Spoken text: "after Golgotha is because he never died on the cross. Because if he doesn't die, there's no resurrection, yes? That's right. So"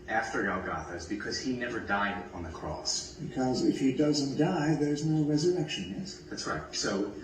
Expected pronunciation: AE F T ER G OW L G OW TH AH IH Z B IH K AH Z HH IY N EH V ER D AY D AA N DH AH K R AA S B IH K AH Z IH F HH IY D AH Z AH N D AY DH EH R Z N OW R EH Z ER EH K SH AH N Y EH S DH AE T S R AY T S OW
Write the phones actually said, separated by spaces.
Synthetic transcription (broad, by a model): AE F T ER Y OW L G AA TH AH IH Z B IH K AH Z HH IY N EH V ER D AY D N DH AH K R AA S B IH K AH Z IH F HH IY D AH Z AH N D AY DH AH R Z N OW R EH Z ER EH K SH AH N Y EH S DH AE T S R AY T S OW